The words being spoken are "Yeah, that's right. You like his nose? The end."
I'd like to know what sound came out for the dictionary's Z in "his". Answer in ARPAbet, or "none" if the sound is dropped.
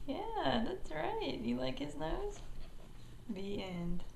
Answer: Z